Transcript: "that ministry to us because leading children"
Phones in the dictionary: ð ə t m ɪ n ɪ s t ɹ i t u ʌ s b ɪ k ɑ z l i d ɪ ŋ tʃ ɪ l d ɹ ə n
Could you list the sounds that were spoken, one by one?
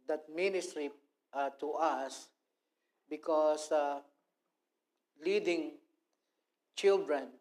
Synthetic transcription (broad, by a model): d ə t m ɪ n ɪ s t ɹ i t u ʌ s b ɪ k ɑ s l i d ɪ ŋ tʃ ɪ l d ɹ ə n